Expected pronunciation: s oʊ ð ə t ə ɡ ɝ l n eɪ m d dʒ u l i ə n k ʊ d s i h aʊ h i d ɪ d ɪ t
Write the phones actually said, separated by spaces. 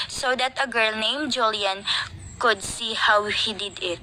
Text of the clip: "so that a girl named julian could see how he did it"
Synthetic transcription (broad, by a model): s oʊ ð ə t ə ɡ ɝ l n eɪ m dʒ u l i ə n k ʊ d s i h aʊ h i d ɪ d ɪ t